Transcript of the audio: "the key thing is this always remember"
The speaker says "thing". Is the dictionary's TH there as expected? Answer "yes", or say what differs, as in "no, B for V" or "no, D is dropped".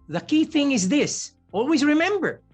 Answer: yes